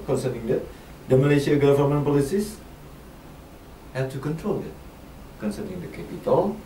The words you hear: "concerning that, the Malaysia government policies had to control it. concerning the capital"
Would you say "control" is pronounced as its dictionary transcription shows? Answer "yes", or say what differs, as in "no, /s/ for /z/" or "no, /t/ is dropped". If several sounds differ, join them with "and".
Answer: yes